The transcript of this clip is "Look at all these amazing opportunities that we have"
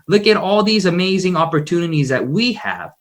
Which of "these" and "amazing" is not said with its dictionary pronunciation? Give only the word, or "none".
none